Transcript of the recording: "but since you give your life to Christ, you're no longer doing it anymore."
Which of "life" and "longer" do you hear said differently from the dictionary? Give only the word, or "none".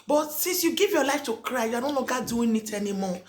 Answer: longer